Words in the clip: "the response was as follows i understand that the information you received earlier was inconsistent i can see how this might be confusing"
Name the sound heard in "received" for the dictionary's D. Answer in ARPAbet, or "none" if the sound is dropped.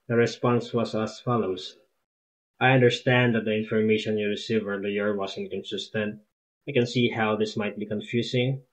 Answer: none